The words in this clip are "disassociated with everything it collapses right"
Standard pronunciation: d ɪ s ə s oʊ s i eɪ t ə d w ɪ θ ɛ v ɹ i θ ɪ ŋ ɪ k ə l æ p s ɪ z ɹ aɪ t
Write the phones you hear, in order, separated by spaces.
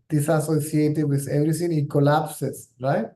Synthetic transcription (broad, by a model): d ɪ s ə s oʊ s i eɪ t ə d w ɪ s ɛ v ɹ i s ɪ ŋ ɪ k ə l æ p s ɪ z ɹ aɪ t